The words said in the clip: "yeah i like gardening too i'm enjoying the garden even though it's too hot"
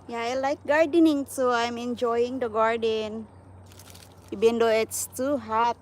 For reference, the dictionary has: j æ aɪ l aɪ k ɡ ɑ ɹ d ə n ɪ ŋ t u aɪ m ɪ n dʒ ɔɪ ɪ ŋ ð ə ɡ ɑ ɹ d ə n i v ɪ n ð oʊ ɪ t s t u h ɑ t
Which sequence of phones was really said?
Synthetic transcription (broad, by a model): j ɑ aɪ l aɪ k ɡ ɑ ɹ d ə n ɪ ŋ t u aɪ m ɪ n dʒ ɔɪ ɪ ŋ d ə ɡ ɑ ɹ d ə n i b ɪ n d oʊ ɪ t s t u h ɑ t